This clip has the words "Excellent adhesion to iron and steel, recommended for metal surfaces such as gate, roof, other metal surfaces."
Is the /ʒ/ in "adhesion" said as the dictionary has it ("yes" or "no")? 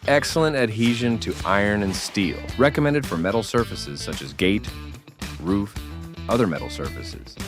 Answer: yes